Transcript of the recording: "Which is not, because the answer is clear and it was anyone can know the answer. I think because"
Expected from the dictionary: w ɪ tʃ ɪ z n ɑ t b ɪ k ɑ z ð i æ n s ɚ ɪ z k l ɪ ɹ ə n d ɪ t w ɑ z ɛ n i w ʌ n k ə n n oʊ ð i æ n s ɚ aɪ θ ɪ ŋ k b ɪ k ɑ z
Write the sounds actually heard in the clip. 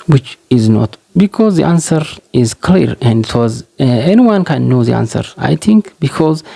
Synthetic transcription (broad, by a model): w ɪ tʃ ɪ z n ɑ t b ɪ k ɑ z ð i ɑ n s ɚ ɪ z k l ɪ ɹ ə n d ɪ t w ɑ z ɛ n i w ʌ n k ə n n oʊ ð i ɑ n s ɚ aɪ t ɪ ŋ k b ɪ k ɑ z